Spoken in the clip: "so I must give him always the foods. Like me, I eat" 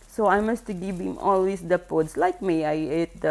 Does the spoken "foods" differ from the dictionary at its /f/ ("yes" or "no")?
yes